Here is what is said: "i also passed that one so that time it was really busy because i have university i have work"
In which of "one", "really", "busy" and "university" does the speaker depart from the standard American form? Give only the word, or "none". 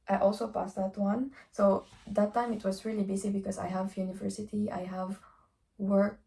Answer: busy